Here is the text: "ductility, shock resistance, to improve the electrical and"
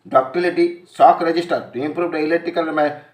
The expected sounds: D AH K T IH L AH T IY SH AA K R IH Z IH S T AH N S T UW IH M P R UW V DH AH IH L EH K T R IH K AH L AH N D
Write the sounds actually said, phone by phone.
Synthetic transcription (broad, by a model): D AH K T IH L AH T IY S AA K R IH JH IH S T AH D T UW IH M P R UW V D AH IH L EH T IH K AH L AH